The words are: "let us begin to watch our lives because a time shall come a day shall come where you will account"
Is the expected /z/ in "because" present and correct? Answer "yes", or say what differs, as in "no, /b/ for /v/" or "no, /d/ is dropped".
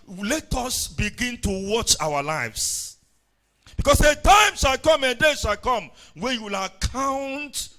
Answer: no, /s/ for /z/